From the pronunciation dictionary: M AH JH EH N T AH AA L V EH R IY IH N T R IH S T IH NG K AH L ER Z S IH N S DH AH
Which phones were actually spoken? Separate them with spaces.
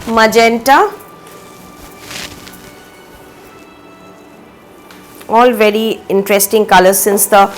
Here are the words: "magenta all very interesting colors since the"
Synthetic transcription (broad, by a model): M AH JH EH N T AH AA L V EH R IY IH N T R IH S T IH NG K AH L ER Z S IH N S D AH